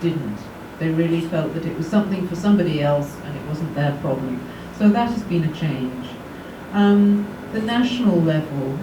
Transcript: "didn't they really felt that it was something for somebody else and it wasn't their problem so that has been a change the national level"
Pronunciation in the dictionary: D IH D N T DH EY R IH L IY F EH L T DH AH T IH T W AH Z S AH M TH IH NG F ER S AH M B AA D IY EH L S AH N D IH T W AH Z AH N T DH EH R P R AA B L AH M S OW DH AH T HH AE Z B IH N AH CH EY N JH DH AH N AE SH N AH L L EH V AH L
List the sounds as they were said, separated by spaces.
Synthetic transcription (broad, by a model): IH D N T DH EY R IH L IY F EH L T DH AH T IH T W AH Z S AH M TH IH NG F ER S AH M B AA D IY EH L S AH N IH T W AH Z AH N DH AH R P R AA B L AH M S OW DH AH T HH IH Z B IH N AH CH EY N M DH AH N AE SH N L L EH V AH L